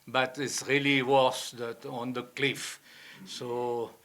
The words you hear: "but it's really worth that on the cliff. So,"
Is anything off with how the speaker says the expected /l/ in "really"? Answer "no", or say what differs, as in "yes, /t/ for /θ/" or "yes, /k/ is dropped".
no